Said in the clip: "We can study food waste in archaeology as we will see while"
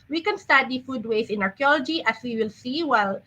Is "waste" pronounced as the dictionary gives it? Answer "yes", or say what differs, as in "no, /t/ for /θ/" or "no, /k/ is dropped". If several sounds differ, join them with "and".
no, /t/ is dropped